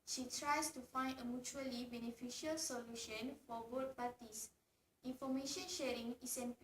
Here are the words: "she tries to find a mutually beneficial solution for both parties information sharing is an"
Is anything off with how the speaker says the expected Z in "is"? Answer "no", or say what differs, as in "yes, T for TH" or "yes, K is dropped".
yes, S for Z